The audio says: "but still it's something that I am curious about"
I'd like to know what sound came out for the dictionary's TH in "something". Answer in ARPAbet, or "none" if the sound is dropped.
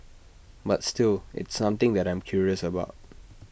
T